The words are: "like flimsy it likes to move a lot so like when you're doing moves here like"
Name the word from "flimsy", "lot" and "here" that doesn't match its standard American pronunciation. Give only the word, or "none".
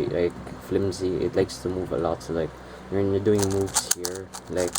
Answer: none